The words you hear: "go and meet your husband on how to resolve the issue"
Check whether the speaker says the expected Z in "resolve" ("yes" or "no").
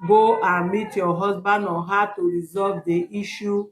yes